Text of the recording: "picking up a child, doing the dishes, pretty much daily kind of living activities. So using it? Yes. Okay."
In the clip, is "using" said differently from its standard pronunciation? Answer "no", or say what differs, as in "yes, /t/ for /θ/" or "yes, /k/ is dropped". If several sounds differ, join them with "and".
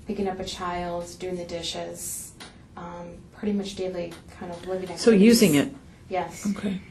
no